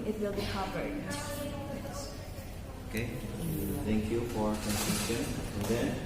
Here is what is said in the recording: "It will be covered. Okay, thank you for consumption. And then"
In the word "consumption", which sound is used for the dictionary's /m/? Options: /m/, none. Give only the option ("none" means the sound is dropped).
none